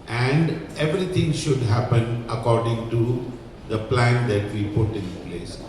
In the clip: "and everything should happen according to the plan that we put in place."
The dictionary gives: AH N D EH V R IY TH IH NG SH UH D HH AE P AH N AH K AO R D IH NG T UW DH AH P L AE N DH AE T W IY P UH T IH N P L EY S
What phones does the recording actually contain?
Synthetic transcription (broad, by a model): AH N D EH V R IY T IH NG SH UH D HH AE P AH N AH K AO R D IH NG T UW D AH P L AE N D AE T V IY P UH T IH N P L EY S